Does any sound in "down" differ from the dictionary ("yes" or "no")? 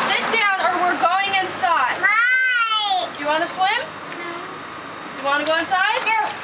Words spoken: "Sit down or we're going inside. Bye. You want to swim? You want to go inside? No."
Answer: no